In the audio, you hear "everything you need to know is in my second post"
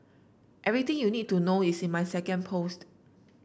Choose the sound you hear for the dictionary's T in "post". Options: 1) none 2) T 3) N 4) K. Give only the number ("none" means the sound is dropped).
2